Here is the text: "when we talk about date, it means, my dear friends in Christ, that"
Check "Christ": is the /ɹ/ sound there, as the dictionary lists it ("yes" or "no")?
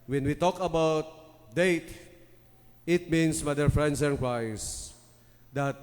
no